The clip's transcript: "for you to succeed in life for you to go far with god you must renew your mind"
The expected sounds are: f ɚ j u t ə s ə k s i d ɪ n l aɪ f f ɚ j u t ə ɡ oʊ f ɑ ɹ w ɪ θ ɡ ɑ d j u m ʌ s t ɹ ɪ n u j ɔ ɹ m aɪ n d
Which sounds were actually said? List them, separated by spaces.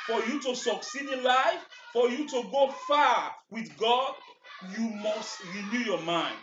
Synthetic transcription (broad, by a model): f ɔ j u t ə s ə k s i d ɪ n l aɪ f f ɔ j u t ə ɡ oʊ f ɑ w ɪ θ ɡ ɑ d j u m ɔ s t ɹ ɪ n u j ɔ m aɪ n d